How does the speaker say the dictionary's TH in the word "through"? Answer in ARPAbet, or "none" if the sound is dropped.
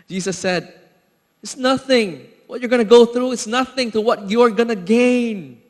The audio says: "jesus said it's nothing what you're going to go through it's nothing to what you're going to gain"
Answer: TH